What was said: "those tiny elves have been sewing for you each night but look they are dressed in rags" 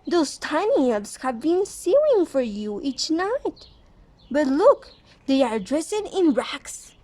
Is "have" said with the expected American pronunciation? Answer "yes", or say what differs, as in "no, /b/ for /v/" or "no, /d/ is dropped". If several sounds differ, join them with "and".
yes